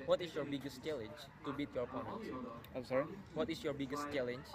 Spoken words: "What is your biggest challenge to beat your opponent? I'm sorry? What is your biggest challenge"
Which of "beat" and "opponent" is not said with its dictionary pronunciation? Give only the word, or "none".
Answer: opponent